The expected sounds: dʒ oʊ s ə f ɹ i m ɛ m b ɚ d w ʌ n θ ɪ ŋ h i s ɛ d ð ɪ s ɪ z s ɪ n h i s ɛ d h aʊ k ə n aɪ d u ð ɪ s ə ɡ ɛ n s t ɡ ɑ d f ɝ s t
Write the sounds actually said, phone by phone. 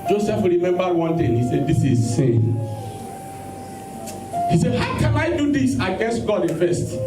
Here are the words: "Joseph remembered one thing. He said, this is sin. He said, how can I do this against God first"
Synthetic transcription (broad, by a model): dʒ oʊ s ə f ɹ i m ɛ m b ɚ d w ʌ n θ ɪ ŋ h i s ɛ d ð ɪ s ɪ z s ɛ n h i s ɛ d h aʊ k ə n aɪ d u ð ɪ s ə ɡ ɛ n s t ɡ ɑ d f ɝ s t